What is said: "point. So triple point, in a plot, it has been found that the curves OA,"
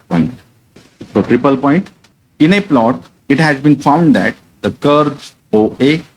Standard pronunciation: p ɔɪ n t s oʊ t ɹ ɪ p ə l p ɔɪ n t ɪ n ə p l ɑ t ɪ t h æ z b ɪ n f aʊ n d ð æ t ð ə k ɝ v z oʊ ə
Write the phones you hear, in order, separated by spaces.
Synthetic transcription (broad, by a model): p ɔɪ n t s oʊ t ɹ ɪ p ə l p ɔɪ n t ɪ n ə p l ɑ t ɪ t h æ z b ɪ n f aʊ n d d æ t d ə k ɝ z oʊ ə